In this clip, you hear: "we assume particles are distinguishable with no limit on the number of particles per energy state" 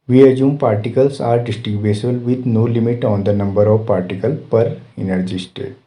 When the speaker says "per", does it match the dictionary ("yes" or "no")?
yes